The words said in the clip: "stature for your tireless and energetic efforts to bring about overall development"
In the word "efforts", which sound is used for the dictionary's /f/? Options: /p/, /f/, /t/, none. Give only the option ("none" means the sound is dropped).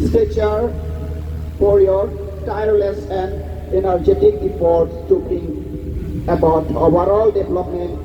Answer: /p/